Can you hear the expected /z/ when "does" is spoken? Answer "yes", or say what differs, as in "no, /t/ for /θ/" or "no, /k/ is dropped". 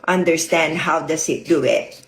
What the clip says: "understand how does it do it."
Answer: no, /s/ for /z/